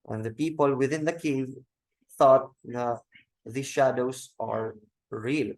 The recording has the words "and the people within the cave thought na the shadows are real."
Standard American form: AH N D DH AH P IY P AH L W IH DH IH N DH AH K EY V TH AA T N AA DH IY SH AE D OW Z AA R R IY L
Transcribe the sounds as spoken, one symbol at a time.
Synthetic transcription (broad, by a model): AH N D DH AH P IY P AH L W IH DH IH N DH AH K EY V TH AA T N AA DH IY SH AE D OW S AA R R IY L